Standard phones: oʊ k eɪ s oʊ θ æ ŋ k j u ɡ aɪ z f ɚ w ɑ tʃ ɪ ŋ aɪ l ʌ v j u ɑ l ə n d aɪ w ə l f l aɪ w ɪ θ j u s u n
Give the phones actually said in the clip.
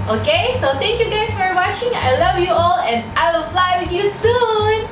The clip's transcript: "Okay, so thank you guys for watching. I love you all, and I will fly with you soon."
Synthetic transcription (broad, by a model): oʊ k eɪ s oʊ t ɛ ŋ k j u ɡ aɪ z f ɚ w ɑ tʃ ɪ ŋ aɪ l ʌ v j u ɑ l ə n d aɪ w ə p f l aɪ w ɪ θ j u s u n